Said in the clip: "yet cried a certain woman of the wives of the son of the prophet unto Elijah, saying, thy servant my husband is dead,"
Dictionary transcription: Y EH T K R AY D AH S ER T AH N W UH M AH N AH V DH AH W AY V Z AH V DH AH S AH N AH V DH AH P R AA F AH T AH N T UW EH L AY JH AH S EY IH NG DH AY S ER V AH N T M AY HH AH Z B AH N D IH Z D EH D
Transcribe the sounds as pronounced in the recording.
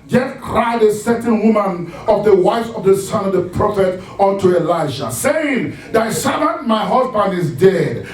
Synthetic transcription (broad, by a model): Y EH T K R AY D AH S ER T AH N W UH M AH N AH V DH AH W AY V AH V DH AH S AH N AH V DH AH P R AA F AH T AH N T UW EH L AY SH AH S EY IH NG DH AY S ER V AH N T M AY HH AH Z B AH N D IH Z D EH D